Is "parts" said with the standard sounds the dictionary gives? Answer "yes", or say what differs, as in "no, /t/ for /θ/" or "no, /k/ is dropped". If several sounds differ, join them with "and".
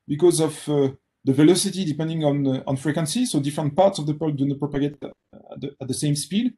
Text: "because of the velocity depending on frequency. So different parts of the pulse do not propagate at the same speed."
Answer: yes